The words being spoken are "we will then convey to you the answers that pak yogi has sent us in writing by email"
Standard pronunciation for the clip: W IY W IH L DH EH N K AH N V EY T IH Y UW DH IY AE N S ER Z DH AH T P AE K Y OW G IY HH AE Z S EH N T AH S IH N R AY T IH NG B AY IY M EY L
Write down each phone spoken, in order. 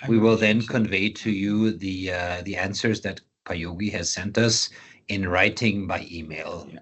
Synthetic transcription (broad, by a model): W IY W IH L DH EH N K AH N V EY T IH Y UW DH IY AE N S ER Z DH AH T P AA Y OW G IY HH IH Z S EH N T AH S IH N R AY T IH NG B AY IY M EY L